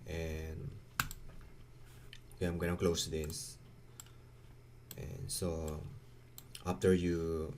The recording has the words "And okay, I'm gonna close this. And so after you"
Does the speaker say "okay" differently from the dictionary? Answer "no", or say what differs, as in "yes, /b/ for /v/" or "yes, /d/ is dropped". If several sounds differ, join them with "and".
yes, /k/ is dropped